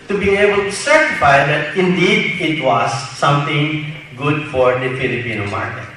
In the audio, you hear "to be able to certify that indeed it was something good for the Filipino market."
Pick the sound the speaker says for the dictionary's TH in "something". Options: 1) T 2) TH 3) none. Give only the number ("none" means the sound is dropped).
1